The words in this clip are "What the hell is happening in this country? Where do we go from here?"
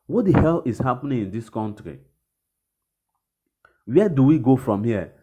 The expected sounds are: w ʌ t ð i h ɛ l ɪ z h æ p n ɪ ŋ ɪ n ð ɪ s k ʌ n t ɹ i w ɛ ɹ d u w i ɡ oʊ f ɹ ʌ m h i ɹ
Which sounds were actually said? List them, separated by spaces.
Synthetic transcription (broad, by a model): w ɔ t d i h ɛ l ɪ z h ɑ p n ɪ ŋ ɪ n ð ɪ s k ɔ n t ɹ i w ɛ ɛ d u w i ɡ oʊ f ɹ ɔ m h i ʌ